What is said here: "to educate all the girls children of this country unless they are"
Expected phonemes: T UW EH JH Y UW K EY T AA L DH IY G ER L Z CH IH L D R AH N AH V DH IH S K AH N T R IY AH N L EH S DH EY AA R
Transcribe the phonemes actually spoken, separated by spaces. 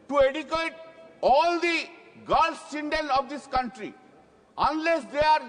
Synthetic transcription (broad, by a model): T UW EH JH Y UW K EY T AA L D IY G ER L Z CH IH N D AH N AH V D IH S K AH N T R IY AH N L EH S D EY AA R